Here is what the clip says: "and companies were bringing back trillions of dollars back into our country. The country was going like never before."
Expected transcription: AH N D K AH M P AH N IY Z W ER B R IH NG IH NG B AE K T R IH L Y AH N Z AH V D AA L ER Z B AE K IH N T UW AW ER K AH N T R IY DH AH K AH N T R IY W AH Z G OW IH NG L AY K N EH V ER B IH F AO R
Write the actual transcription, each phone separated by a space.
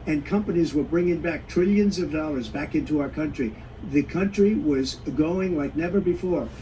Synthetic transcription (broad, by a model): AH N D K AH M P AH N IY Z W ER B R IH NG IH NG B AE K T R IH L Y AH N Z AH V D AA L ER Z B AE K IH N T UW AW ER K AH N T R IY DH AH K AH N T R IY W AH Z G OW IH NG L AY K N EH V ER B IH F AO R